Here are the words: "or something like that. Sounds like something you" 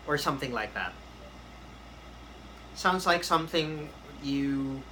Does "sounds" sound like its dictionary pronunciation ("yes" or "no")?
yes